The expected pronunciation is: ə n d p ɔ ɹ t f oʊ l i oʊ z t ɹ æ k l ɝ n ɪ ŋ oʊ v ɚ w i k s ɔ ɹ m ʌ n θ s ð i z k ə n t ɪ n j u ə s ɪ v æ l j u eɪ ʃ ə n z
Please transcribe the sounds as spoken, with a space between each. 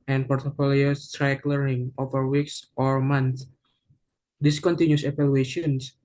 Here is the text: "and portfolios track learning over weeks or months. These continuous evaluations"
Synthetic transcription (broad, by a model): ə n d p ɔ ɹ t f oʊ l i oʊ s t ɹ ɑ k l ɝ ɪ ŋ oʊ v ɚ w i k s ɔ ɹ m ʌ n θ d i s k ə n t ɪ n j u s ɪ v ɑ l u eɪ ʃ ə n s